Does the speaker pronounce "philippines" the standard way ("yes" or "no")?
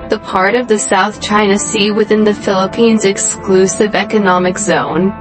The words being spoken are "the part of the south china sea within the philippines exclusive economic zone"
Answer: yes